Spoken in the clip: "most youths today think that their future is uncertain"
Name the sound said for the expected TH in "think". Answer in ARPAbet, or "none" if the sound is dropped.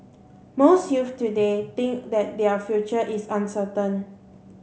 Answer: T